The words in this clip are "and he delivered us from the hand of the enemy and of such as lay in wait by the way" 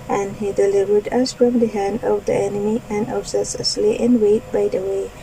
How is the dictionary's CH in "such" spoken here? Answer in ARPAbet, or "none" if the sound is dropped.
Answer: S